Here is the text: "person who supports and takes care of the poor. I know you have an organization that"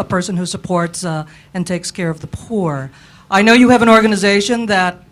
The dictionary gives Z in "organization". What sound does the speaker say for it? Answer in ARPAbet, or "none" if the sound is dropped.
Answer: Z